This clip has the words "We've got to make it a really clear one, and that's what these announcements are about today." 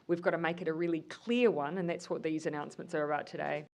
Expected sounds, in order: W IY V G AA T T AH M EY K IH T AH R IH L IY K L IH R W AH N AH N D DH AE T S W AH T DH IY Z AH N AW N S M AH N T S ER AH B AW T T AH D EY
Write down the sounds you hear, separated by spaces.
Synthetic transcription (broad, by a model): W IY V G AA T T AH M EY K IH T AH R IH L IY K L IH R W AH N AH N DH AE T S W AH T DH IY Z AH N AW N S M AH N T S ER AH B AW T T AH D EY